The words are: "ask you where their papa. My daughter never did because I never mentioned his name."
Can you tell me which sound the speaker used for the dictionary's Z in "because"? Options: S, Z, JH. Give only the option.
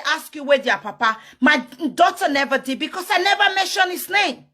S